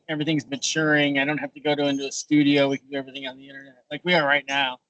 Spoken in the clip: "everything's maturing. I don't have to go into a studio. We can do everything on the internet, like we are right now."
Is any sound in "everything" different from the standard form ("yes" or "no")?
no